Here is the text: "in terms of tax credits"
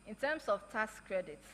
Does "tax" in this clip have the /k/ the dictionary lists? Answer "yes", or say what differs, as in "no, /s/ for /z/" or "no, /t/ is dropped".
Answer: no, /k/ is dropped